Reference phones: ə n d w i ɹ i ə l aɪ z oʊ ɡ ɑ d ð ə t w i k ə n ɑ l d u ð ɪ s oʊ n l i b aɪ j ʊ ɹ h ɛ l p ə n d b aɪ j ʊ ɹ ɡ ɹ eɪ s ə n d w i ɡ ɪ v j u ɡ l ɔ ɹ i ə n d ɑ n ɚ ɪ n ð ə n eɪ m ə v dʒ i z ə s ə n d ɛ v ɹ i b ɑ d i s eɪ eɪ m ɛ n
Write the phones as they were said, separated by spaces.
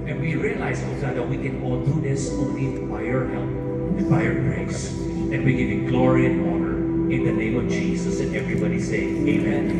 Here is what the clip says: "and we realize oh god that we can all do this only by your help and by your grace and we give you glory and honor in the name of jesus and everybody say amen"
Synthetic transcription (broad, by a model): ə n w i ɹ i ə l aɪ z oʊ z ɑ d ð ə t w i k ə n ɑ l d u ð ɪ s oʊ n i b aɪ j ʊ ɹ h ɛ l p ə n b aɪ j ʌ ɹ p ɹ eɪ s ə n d w i ɡ ɪ v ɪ ɡ l ɔ ɹ i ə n ɑ n ɚ ɪ n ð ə n eɪ m ə v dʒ i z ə s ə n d ɛ v ɹ i b ɑ d i s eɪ eɪ m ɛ n